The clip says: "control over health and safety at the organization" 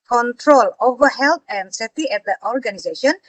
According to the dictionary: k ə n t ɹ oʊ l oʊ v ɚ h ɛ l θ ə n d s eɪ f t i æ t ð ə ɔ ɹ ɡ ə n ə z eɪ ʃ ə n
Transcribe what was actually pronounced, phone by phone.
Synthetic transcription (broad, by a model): k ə n t ɹ oʊ l oʊ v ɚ h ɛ l t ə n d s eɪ t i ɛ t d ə ɔ ɹ ɡ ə n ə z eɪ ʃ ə n